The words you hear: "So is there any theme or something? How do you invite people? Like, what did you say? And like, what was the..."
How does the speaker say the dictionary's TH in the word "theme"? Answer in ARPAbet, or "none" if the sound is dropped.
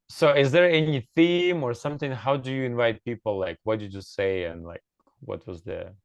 TH